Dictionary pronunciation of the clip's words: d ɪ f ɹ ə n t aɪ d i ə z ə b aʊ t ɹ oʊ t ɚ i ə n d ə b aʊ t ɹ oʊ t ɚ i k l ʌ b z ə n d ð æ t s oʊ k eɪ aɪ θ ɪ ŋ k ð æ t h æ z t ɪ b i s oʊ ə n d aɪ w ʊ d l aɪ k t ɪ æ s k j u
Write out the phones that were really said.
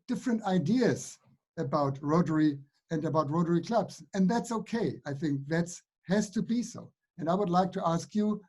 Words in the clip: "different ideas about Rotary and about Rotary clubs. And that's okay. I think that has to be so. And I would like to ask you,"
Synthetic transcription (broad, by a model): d ɪ f ɹ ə n t aɪ d i ə z ə b aʊ t ɹ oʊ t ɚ i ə n ə b aʊ t ɹ oʊ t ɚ i k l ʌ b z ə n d ð æ t s oʊ k eɪ aɪ θ ɪ ŋ k ð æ t h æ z t ɪ b i s oʊ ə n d aɪ w ʊ d l aɪ k t ɪ æ s k j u